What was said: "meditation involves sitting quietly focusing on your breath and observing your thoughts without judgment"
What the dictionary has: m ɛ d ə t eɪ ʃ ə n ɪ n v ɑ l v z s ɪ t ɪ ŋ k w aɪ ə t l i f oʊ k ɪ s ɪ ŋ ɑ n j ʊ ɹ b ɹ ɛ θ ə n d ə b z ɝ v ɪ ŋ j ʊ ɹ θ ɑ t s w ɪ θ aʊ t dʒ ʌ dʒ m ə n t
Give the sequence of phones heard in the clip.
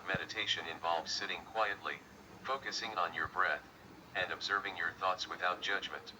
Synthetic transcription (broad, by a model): m ɛ d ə t eɪ ʃ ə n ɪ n v ɑ l v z s ɪ t ɪ ŋ k w aɪ ə t l i f oʊ k ɪ s ɪ ŋ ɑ n j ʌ ɹ b ɹ ɛ θ ə n d ə b z ɝ v ɪ ŋ j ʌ ɹ θ ɑ t s w ɪ θ aʊ t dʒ ʌ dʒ m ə n t